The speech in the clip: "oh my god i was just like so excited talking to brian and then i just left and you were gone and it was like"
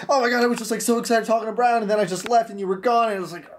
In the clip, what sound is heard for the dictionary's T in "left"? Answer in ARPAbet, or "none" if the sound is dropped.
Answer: T